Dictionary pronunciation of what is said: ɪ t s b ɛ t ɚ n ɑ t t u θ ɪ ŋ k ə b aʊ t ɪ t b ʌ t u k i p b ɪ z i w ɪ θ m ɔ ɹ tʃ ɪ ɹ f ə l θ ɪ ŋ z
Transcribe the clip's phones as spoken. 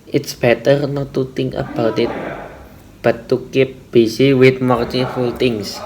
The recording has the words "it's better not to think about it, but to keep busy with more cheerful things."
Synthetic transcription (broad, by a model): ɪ t s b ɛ t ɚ n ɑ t t u t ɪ ŋ ə b aʊ t ɪ t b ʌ t u k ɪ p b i s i w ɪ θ m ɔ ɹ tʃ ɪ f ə l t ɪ ŋ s